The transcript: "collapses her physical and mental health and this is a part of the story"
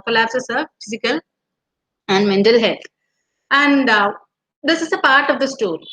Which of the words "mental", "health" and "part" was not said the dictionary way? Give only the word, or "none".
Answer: health